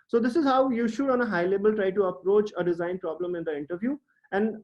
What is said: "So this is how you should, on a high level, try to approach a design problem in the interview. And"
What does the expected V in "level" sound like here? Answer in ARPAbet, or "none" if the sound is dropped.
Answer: B